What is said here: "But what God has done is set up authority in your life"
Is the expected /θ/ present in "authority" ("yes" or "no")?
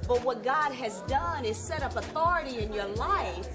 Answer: yes